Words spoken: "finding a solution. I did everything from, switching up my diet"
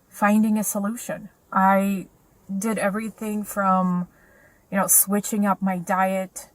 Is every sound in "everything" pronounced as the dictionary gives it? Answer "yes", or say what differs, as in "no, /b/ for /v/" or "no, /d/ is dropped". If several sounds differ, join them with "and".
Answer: yes